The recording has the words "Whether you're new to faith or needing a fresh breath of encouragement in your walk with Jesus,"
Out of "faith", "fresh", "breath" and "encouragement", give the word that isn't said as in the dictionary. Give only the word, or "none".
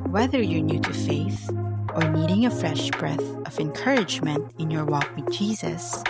none